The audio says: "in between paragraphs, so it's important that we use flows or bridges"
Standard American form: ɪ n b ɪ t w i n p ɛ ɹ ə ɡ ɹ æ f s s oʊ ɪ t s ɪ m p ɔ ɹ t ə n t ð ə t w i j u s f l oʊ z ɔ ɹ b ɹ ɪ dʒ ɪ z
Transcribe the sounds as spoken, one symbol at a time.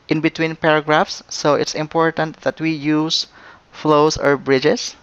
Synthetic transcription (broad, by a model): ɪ n b ɪ t w i n p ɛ ɹ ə ɡ ɹ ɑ f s s oʊ ɪ t s ɪ m p ɔ ɹ t ə n t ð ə t w i j u s f l oʊ s ɔ ɹ b ɹ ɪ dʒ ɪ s